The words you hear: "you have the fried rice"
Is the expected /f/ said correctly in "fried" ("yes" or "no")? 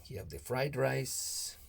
yes